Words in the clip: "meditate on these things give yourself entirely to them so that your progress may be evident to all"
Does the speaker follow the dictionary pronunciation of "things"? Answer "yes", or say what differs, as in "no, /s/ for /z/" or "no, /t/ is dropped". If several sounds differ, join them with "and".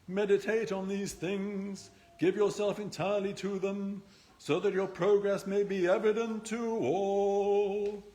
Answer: yes